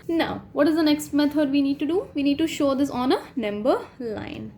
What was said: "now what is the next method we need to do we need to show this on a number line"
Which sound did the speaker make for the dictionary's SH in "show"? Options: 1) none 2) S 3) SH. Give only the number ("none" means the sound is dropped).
3